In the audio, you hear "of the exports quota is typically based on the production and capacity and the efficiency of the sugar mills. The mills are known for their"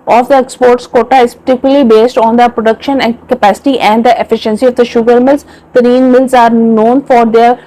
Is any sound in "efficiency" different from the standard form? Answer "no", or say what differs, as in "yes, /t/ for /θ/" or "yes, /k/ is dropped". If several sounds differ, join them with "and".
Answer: no